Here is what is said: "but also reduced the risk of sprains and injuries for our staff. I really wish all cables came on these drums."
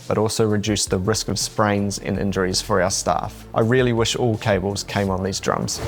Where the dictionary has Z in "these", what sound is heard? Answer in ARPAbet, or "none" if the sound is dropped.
Z